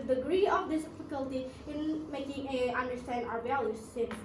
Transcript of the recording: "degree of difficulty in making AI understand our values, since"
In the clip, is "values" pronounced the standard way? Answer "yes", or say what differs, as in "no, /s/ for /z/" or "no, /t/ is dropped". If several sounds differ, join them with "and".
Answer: no, /b/ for /v/